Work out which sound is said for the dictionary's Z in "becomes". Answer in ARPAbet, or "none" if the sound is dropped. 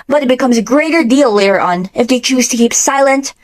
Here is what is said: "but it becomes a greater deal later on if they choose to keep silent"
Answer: Z